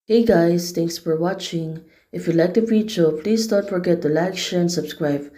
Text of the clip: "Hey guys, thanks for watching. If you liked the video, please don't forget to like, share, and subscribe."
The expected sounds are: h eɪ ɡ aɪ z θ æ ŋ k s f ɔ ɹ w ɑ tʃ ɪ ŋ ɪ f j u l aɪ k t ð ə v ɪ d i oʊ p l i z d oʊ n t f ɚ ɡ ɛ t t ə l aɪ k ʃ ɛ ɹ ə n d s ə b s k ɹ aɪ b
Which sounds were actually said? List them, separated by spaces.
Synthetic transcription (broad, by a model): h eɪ ɡ aɪ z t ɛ ŋ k s f ɔ ɹ w ɑ tʃ ɪ ŋ ɪ f j u l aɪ k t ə f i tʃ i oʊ p l i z d oʊ n t f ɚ ɡ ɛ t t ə l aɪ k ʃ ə n s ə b s k ɹ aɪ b